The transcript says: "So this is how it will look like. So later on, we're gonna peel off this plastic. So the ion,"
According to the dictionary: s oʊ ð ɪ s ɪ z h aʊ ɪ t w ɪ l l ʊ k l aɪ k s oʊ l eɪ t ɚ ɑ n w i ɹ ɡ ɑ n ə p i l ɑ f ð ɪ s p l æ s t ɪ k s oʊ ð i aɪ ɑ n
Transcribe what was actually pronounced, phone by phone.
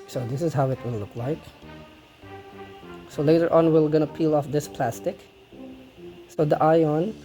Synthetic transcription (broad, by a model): s oʊ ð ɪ s ɪ z h aʊ ɪ t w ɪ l l ʊ k l aɪ k s oʊ l eɪ t ɚ ɑ n w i l ɡ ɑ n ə p i l ɑ f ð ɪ s p l æ s t ɪ k s oʊ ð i aɪ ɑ n